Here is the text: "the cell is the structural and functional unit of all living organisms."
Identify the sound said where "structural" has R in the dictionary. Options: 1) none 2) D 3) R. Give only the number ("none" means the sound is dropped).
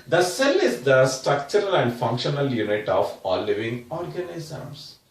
3